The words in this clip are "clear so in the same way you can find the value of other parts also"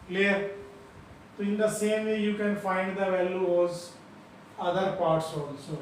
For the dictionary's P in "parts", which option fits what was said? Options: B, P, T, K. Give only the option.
P